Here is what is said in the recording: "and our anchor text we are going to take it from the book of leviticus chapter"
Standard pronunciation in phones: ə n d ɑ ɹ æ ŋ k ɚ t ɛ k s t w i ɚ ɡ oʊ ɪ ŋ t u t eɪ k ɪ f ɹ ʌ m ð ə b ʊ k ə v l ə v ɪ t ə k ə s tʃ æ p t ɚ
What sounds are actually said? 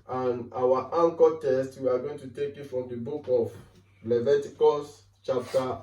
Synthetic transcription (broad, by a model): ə n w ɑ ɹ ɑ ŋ k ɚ t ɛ s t w i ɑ ɡ oʊ ɪ ŋ t u t eɪ k ɪ f ɹ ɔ m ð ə b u k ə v l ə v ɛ t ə k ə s tʃ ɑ p t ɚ